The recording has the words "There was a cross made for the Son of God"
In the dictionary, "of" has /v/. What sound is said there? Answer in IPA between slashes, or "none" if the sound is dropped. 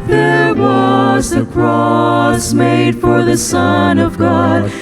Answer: /v/